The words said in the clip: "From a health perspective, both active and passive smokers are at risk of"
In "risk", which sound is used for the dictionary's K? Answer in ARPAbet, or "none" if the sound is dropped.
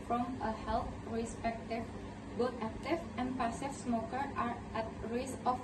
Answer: none